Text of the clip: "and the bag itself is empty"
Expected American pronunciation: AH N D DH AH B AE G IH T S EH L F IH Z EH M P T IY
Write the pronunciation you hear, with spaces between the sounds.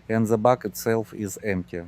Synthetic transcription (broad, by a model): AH N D DH AH B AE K IH T S EH L F IH Z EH M P T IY